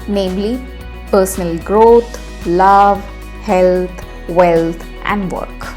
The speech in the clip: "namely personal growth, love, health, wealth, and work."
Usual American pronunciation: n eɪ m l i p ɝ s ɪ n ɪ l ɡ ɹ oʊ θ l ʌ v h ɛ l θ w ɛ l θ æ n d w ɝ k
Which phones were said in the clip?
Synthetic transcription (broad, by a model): n eɪ m l i p ɝ s ɪ n ɪ l ɡ ɹ oʊ t l ʌ v h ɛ l t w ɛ l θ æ n d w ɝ k